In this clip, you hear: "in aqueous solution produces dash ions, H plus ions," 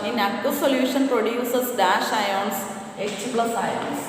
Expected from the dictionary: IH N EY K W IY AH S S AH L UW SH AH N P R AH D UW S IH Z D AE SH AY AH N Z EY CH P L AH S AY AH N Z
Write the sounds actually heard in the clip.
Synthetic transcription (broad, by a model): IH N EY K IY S S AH L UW SH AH N P R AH D UW S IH S D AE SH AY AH N S EY S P L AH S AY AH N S